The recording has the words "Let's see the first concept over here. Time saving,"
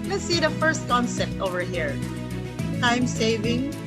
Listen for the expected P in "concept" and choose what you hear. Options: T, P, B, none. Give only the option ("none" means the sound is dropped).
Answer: none